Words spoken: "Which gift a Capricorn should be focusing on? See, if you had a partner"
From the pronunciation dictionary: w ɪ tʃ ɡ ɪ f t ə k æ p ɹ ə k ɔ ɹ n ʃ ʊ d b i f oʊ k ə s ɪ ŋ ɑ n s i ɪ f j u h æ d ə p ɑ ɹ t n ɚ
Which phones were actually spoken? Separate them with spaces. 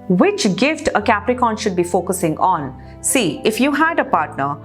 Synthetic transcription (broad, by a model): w ɪ tʃ ɡ ɪ f t ə k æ p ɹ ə k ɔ n ʃ ʊ d b i f oʊ k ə s ɪ ŋ ɑ n s i ɪ f j u h æ d ə p ɑ ɹ t n ɚ